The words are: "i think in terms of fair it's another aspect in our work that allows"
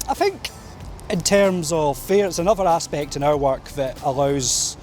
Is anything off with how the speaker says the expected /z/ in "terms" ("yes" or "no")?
no